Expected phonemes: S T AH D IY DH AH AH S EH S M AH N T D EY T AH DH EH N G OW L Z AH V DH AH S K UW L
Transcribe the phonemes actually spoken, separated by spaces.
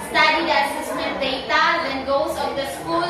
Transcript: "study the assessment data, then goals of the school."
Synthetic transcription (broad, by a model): S T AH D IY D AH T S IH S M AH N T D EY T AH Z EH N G OW Z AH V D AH S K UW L